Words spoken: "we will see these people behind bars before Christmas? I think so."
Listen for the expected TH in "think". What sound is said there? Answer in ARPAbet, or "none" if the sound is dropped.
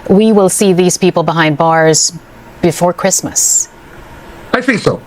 TH